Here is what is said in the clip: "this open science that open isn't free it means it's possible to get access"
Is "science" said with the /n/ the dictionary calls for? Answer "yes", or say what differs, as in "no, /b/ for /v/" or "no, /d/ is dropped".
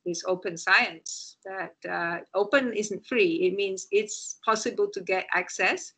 yes